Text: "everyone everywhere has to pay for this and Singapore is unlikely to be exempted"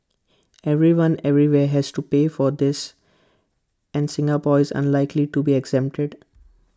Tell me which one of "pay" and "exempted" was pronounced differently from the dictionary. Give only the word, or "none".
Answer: none